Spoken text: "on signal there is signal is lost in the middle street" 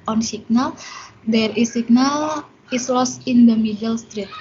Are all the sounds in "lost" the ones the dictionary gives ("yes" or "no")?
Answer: no